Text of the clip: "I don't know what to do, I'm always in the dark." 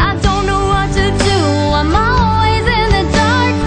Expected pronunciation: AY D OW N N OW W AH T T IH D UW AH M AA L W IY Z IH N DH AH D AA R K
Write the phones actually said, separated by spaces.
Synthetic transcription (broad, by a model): AY D OW N N OW W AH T T IH D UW AH M AA L W IY Z IH N DH AH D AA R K